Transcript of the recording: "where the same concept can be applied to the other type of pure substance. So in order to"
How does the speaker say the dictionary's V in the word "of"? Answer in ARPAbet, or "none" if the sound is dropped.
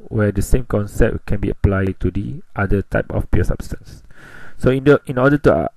F